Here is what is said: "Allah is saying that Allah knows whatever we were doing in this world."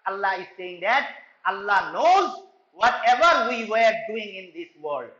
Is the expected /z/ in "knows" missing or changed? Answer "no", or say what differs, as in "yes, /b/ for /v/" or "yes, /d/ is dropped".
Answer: no